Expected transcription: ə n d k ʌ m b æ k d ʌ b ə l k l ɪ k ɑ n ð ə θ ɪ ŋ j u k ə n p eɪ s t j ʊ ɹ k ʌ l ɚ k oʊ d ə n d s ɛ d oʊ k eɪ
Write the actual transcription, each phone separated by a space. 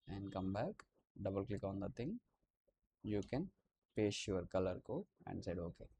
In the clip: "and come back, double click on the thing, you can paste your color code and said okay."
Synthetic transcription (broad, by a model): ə n d k ʌ m b æ k d ʌ b ə l k l ɪ k ɑ n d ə t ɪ ŋ j u k ə n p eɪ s j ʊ ɹ k ʌ l ɚ k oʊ ə n d s ɛ d oʊ k eɪ